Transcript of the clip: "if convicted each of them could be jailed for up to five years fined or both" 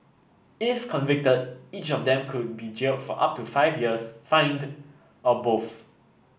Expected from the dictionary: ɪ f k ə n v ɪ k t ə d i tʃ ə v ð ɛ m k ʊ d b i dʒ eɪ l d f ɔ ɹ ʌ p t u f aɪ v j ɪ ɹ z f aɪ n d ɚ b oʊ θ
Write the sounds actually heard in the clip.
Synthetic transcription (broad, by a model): ɪ f k ə n v ɪ k t ə d i tʃ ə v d ɛ m k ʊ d b i dʒ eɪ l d f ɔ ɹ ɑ p t u f aɪ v j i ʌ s f aɪ n d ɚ b oʊ f